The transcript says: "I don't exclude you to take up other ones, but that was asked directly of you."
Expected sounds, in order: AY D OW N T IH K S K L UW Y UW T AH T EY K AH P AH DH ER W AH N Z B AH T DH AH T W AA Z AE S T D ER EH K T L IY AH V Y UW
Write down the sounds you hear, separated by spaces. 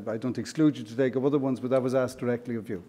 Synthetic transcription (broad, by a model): AY D OW N T IH K S K L UW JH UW T AH T EY K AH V AH DH ER W AH N Z B AH T DH AH T W AA Z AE S D ER EH K T L IY AH V Y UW